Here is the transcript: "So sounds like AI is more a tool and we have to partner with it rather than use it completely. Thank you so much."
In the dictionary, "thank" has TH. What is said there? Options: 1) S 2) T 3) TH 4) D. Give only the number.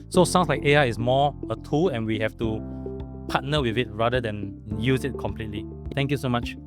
2